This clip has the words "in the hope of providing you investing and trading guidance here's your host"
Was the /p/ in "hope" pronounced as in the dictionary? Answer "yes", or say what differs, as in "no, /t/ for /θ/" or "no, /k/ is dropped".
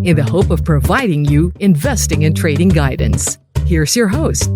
yes